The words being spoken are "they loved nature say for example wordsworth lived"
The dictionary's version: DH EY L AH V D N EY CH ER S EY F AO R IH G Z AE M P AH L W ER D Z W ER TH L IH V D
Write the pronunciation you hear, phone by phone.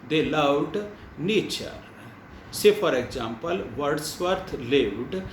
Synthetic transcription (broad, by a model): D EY L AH W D N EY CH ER S EY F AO R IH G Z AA M P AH L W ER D S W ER T L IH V D